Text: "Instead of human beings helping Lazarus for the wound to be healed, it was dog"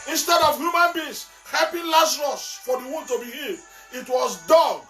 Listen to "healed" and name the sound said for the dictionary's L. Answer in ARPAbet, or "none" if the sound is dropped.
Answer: none